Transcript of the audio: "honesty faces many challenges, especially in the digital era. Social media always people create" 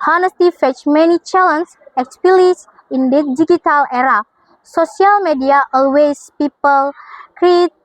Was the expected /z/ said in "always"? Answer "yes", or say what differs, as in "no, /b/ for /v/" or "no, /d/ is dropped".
no, /s/ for /z/